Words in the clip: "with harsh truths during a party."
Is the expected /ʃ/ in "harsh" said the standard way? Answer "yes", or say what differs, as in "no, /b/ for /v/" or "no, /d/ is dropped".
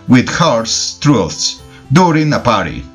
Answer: no, /s/ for /ʃ/